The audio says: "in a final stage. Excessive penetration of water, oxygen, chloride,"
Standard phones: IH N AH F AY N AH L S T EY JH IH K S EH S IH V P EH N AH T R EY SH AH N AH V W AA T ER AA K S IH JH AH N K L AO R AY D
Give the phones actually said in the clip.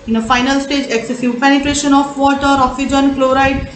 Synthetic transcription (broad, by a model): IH N AH F AY N AH L S T EY JH IH K S EH S IH V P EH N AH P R EY SH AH N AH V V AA T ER AA K S IH JH AH N K L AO R AY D